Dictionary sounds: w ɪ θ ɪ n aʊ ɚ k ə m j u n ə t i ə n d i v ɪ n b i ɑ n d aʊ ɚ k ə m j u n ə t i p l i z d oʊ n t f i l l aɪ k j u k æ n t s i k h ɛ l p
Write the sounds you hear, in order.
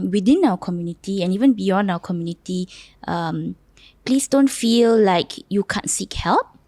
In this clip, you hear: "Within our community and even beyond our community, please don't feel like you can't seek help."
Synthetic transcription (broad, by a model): w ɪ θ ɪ n aʊ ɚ k ə m j u n ə t i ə n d i v ɪ n b i ɑ n d aʊ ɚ k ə m j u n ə t i p l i s d oʊ n t f i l l aɪ k j u k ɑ n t s i k h ɛ l p